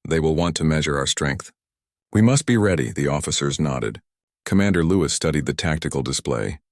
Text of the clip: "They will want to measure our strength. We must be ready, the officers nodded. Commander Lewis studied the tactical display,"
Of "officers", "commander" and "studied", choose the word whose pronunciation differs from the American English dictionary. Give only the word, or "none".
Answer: none